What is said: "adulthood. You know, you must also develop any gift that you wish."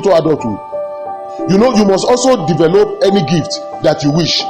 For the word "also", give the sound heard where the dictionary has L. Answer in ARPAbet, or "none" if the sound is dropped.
L